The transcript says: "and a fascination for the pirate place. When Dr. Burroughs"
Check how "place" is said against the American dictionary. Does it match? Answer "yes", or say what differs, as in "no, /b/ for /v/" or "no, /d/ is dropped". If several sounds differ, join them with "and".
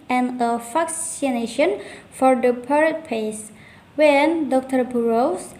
no, /l/ is dropped